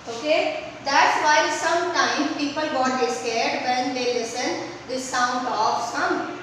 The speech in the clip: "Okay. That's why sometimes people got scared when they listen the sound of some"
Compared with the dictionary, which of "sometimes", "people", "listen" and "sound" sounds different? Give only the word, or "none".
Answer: sometimes